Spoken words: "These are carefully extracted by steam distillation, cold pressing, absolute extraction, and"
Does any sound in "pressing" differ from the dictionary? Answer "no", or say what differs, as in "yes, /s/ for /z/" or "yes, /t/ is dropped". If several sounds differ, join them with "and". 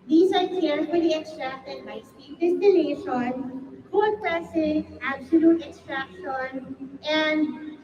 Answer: yes, /l/ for /ɹ/